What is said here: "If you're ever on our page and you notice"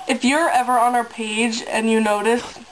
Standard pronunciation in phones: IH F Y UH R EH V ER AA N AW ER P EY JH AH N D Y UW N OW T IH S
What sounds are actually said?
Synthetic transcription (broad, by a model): IH F Y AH R EH V ER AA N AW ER P EY JH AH N Y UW N OW T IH S